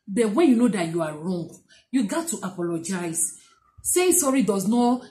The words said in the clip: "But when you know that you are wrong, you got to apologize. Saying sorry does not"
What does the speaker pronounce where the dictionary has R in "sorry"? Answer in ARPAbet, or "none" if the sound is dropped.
R